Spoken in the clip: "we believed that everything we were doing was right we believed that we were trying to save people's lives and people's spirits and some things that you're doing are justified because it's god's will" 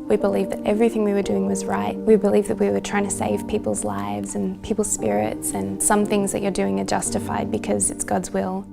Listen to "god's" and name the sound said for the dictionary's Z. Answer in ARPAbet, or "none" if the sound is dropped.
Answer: Z